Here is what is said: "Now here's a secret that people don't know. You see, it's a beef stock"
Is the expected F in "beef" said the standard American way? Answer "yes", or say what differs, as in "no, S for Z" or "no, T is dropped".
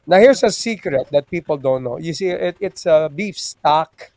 yes